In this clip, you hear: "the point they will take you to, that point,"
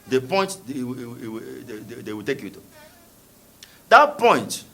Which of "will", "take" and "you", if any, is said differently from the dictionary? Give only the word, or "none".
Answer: will